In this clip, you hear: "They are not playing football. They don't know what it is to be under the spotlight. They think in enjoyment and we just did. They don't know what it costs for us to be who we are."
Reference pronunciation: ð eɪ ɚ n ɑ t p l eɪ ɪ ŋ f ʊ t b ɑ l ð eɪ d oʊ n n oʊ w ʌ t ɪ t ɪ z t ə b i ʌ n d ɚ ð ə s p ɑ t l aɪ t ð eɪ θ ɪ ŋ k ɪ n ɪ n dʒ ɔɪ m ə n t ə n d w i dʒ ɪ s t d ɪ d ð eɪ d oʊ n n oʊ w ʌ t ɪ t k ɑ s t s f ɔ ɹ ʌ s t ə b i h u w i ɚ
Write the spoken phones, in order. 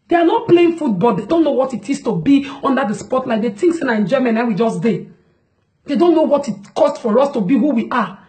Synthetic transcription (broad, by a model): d eɪ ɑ n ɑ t p l eɪ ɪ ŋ f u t b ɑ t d eɪ d oʊ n n oʊ w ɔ t ɪ t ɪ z t ə b i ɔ n d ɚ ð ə s p ɑ t l aɪ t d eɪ t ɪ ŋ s ɪ n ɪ n dʒ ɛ m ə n ə w i dʒ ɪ s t d ɪ d eɪ d oʊ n n oʊ w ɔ t ɪ t k ɑ s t f ɔ ɹ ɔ s t ə b i h u w i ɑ